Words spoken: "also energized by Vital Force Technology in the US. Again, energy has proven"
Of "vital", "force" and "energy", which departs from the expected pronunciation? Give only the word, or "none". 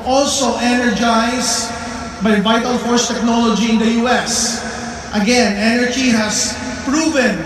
none